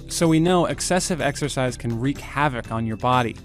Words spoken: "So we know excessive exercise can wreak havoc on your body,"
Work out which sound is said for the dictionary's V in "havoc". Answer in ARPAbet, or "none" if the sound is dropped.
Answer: V